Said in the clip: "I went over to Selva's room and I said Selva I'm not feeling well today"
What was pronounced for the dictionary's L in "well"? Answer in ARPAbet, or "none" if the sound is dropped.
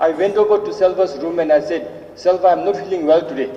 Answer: L